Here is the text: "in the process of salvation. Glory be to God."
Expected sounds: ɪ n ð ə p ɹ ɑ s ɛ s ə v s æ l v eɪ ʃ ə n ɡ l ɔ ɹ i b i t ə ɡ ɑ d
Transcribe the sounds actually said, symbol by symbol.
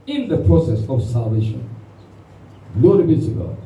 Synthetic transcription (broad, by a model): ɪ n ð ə p ɹ ɑ s ɛ s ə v s æ l v eɪ ʃ ə n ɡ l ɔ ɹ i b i s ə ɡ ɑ